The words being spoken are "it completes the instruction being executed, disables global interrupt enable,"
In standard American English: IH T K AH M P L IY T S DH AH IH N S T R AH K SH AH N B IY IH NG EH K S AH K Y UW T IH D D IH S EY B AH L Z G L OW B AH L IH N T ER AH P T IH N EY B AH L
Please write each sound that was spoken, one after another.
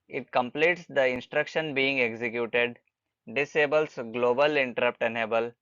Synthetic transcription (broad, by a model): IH T K AH M P L IY T S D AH IH N S T R AH K SH AH N B IY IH NG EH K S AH K Y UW T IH D D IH S EY B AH L S G L OW B AH L IH N T ER AH P T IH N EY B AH L